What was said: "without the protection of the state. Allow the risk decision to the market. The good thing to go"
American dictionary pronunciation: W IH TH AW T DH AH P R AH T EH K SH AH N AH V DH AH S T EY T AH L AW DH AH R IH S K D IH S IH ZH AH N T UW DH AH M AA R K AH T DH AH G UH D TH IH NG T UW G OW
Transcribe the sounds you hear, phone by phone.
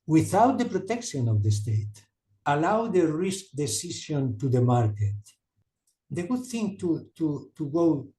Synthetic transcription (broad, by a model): W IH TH AW T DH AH P R AH T EH K SH AH N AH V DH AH S T EY T AH L AW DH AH R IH S K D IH S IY SH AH N T UW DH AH M AA R K AH T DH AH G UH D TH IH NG T UW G OW